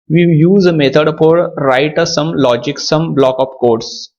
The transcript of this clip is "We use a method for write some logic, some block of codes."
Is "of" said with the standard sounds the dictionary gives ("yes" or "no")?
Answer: no